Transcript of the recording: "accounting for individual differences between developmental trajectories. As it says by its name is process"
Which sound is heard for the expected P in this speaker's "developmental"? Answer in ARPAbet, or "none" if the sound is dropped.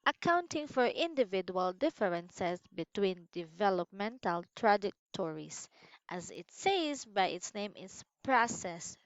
P